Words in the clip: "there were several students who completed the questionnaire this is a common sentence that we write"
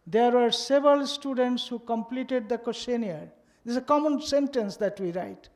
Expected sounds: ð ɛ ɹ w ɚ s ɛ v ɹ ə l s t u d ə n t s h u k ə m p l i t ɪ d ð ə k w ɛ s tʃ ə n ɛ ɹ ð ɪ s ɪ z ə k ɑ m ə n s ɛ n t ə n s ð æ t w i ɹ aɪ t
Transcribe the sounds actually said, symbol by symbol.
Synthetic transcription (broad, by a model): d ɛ ɹ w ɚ s ɛ v ɹ ə l s t u d ə n t s h u k ə m p l i t ɪ d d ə k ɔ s ə n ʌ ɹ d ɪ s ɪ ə k ɑ m ə n s ɛ n t ə n s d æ t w i ɹ aɪ t